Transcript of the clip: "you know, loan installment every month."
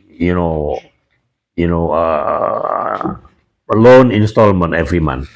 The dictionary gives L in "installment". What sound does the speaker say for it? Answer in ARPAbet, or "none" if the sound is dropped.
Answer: L